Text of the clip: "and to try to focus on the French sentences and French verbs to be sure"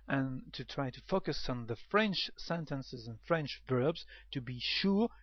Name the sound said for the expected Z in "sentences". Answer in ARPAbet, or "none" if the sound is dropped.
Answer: Z